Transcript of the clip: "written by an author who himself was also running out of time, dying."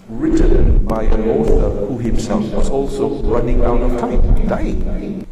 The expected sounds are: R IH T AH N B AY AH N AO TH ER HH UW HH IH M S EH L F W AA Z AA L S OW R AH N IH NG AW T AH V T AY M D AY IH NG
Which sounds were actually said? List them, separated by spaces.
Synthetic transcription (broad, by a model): R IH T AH N B AY AH N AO T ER HH UW HH IH M S EH L F W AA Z AA L S OW R AH N IH NG AW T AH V T AY M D AY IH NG